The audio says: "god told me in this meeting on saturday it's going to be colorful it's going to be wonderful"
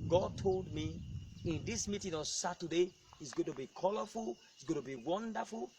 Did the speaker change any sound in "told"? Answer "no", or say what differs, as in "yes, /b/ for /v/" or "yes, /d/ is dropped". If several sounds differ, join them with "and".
no